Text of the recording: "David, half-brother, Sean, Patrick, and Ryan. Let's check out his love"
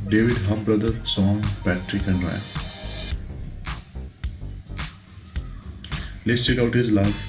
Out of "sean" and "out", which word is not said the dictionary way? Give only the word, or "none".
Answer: sean